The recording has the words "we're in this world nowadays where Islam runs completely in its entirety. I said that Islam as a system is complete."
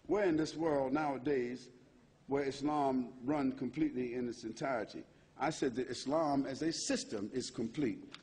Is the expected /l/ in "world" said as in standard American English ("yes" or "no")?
yes